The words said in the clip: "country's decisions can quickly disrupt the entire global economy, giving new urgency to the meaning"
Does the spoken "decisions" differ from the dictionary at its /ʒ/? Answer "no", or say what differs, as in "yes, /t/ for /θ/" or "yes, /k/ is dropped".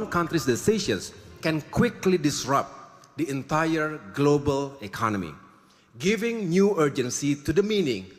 yes, /ʃ/ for /ʒ/